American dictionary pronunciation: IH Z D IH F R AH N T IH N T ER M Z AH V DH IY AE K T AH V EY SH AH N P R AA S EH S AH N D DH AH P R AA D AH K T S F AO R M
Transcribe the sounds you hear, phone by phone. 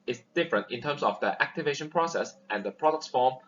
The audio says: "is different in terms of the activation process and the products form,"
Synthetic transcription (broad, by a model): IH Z D IH F R AH N T IH N T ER M S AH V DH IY AE K T AH V EY SH AH N P R AA S EH S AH N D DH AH P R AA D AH K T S F AO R M